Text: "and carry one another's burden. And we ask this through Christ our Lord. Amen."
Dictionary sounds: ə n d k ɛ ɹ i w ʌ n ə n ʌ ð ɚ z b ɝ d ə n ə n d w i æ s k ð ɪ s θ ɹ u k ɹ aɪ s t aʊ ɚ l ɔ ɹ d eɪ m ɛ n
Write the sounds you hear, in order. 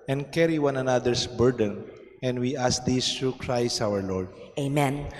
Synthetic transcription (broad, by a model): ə n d k ɛ ɹ i w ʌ n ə n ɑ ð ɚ s b ɝ d ə n ə n d w i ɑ s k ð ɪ s t ɹ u k ɹ aɪ s t aʊ ɚ l ɔ ɹ d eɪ m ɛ n